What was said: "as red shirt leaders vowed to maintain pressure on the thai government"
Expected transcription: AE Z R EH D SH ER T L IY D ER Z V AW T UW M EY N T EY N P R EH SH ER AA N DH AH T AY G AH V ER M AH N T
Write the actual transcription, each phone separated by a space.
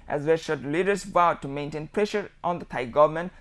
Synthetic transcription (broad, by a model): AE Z W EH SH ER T L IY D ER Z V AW T UW M EY N T EY N P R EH SH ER AA N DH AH T AY G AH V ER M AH N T